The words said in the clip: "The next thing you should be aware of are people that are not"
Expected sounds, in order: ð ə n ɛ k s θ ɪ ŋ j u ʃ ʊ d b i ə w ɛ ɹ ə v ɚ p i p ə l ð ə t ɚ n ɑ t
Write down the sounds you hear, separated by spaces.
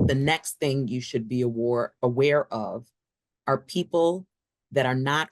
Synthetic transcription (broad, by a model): ð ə n ɛ k s θ ɪ ŋ j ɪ ʃ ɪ d b i ə w ɛ ɹ ə v ɚ p i p l ð ə t ɚ n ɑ t